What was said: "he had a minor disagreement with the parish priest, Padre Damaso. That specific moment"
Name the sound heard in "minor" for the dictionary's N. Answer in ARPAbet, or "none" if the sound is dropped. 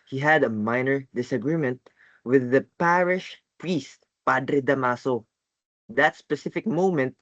N